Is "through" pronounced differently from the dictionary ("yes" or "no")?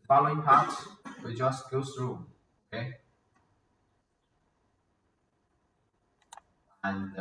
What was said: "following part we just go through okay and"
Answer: yes